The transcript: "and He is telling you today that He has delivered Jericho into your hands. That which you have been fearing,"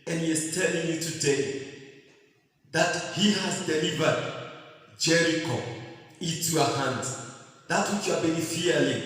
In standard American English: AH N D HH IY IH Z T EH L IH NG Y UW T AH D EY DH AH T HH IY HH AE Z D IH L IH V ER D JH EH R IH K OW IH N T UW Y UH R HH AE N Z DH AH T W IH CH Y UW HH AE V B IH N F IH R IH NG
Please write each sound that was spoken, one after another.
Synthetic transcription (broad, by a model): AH N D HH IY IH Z T EH L IH NG Y UW T AH D EY DH AH T HH IY HH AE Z D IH L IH V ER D JH EH R IH K OW IH N T UW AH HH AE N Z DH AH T W IH CH Y UW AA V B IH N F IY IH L